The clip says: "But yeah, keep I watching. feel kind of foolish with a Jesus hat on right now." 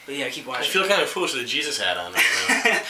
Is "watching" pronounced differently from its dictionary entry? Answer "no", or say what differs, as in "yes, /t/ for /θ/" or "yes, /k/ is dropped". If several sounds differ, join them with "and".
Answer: yes, /tʃ/ is dropped